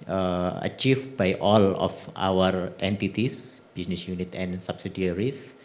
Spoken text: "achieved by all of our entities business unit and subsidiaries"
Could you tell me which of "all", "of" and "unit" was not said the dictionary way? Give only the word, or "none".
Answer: of